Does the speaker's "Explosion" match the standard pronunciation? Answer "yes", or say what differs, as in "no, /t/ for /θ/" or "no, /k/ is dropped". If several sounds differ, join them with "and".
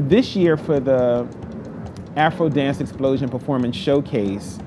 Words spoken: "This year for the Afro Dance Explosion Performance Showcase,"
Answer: yes